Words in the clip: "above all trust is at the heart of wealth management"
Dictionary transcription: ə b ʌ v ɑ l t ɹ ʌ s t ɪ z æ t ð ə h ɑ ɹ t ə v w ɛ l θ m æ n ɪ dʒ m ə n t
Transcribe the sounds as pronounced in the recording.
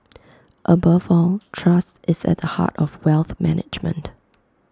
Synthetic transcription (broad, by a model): ə b ʌ v ɑ l t ɹ ʌ s t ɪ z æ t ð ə h ɑ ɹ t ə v w ɛ l θ m æ n ɪ dʒ m ə n t